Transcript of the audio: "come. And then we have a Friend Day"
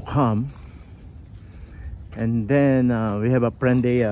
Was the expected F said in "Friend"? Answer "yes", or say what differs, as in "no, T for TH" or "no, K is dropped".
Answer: no, P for F